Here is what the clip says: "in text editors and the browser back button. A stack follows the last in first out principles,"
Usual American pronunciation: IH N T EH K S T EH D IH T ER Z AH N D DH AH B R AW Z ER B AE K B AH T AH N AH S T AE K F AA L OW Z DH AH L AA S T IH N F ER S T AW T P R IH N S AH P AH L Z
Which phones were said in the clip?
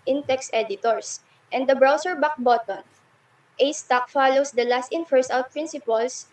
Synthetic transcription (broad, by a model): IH N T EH K S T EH D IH T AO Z AH N D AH B R AW S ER B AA K B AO T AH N AH S T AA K F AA L OW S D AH L AA S T IH N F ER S AW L P R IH N S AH P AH L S